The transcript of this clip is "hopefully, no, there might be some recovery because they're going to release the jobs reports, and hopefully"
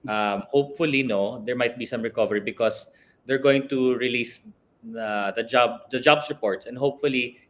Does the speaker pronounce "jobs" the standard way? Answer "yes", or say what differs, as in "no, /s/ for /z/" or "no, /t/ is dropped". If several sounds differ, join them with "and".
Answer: no, /s/ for /z/